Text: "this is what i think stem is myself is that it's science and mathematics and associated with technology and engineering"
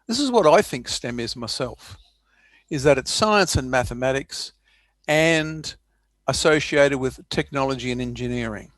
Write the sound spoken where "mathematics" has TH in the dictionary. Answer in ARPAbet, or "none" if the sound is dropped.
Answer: TH